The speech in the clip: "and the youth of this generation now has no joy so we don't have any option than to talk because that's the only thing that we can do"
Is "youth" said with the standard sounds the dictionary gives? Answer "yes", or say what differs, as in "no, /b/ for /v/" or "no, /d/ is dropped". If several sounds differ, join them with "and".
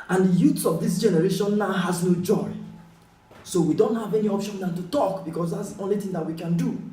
no, /s/ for /θ/